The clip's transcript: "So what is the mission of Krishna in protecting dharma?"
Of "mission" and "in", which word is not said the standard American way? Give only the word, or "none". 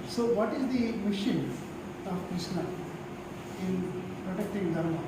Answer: none